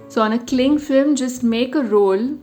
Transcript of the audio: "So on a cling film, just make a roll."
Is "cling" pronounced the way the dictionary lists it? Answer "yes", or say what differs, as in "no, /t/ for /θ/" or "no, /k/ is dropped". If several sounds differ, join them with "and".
yes